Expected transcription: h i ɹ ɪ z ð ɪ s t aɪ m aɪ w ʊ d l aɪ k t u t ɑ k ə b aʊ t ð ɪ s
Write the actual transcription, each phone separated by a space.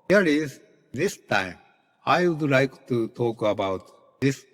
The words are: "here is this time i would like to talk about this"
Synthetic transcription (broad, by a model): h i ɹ ɪ z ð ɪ s t aɪ m aɪ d l aɪ k t u t ɑ k ə b aʊ t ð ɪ s